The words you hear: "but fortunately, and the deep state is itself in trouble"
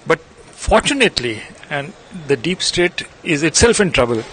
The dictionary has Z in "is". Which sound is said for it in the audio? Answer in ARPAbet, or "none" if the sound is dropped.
Z